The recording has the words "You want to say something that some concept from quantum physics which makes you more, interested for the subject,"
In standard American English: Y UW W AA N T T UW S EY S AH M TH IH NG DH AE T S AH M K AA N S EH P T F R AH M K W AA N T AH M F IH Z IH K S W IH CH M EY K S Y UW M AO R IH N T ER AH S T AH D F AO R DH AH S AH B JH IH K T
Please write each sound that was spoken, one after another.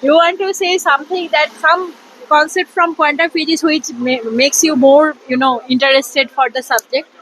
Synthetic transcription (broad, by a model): Y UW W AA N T T UW S EY S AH M T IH NG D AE T S AH M K AA N S EH P T F R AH M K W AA N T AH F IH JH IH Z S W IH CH M EY K S Y UW M AO R IH N T ER AH S T AH D F AO R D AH S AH B JH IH K T